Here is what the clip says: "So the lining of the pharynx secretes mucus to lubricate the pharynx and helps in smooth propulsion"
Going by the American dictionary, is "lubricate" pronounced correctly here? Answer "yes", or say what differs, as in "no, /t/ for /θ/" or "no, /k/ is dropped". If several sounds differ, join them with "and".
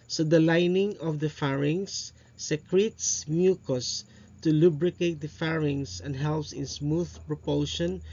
yes